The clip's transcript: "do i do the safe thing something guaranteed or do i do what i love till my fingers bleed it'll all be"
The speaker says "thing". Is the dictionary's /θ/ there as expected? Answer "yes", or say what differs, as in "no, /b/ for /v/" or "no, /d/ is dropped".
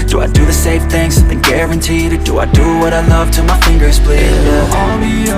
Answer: yes